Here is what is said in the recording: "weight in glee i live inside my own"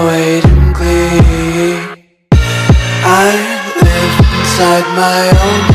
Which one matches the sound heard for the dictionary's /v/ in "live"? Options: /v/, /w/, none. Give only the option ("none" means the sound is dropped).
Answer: none